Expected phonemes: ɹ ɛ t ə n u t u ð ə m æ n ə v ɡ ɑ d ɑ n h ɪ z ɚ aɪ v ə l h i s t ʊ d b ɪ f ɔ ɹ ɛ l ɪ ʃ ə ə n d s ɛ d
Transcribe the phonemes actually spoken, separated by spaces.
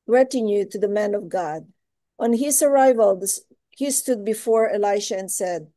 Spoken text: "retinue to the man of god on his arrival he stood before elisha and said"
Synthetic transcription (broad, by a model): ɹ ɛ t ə n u t u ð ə m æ n ə v ɡ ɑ d ɑ n h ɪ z ɚ aɪ v ə l h i s t ʊ d b ɪ f ɔ ɹ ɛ l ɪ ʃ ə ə n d s ɛ d